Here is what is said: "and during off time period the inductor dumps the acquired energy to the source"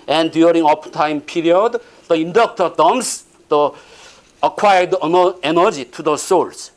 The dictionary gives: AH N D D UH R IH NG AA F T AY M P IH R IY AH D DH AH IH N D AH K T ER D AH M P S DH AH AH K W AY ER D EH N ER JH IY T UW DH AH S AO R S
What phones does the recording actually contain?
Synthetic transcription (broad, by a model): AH N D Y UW R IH NG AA P T AY M P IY R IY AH D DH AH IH N D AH K T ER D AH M S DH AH AH K W AY ER D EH N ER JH IY T UW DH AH S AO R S